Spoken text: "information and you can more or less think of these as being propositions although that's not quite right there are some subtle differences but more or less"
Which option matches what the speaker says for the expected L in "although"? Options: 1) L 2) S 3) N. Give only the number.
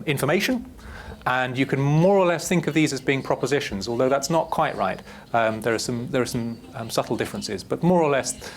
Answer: 1